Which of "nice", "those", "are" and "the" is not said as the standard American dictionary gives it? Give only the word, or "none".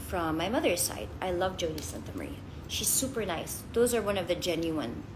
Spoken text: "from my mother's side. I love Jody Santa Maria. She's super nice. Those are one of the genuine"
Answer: none